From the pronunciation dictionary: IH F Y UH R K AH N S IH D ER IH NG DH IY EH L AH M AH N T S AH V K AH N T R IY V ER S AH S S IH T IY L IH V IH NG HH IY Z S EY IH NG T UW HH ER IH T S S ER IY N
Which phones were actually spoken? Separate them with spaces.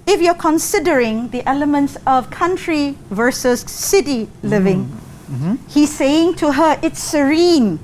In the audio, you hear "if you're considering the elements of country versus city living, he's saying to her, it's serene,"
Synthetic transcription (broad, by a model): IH F Y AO K AH N S IH D ER IH NG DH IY EH L AH M AH N T S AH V K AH N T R IY V ER S AH S S IH T IY L IH V IH NG HH IY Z S EY IH NG T UW HH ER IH T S S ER IY N